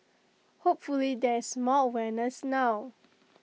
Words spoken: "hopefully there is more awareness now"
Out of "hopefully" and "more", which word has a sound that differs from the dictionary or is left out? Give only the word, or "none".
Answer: more